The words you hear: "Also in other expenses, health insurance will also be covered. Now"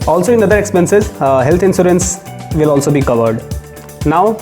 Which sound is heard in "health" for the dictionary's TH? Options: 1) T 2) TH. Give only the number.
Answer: 1